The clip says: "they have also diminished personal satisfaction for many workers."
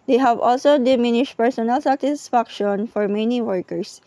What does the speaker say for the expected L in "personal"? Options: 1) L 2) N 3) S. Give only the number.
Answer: 1